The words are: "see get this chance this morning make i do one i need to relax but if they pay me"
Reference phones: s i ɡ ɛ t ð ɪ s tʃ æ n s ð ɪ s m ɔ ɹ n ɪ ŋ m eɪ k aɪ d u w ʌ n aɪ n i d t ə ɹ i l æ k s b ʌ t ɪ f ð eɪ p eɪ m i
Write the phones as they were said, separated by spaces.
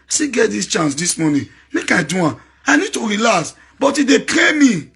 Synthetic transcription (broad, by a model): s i ɡ ɛ t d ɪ s tʃ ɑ n s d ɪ s m ɔ n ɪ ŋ m eɪ k aɪ d u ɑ aɪ n i d t ə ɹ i l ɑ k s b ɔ t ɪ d eɪ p eɪ m i